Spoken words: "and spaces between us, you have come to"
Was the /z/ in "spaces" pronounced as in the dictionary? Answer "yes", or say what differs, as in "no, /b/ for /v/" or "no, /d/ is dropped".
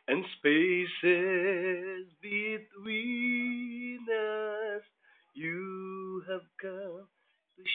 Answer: yes